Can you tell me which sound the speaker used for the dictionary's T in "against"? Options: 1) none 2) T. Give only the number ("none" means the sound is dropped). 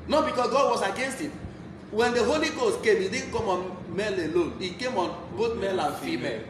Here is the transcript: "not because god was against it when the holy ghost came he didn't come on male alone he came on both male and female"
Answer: 2